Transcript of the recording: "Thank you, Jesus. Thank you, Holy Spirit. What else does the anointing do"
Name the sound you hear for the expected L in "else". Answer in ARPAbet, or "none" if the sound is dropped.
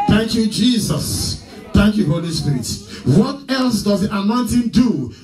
L